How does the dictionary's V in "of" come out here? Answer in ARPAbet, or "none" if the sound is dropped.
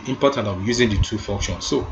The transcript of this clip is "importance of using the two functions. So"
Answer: W